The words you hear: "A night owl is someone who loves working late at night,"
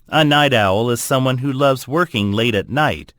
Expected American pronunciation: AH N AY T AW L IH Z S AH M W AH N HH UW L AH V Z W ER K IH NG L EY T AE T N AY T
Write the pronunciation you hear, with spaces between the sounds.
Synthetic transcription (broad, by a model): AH N AY T AW L IH Z S AH M W AH N HH UW L AH V Z W ER K IH NG L EY T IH T N AY T